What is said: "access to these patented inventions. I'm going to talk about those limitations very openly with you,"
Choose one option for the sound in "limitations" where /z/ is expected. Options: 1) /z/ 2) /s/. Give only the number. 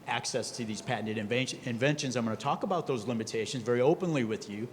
1